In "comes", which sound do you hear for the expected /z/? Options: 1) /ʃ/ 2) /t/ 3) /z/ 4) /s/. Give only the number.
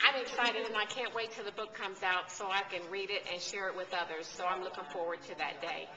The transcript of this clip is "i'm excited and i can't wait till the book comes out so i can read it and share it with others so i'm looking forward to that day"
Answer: 3